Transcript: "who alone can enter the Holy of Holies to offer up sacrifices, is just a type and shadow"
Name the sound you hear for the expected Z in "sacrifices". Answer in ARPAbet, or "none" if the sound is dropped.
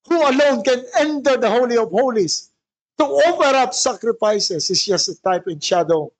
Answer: S